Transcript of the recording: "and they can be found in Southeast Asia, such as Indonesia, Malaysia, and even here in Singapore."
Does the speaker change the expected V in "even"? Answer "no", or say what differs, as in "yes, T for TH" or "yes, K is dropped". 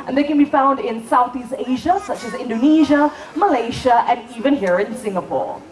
no